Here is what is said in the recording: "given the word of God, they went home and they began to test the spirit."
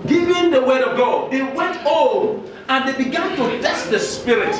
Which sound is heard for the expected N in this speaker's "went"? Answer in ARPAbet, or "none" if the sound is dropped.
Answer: N